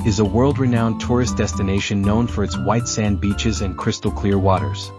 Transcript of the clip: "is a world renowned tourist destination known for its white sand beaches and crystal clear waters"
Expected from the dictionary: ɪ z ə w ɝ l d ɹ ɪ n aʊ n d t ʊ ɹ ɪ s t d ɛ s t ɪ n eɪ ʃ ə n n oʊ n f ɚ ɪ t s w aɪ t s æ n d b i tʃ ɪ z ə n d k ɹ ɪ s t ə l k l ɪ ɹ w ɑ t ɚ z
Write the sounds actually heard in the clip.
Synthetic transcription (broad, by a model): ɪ z ə w ɝ l d ɹ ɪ n aʊ n t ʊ ɹ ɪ s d ɛ s t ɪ n eɪ ʃ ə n n oʊ n f ɚ ɪ t s w aɪ t s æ n b i tʃ ɪ z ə n k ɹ ɪ s t l k l ɪ ɹ w ɑ t ɚ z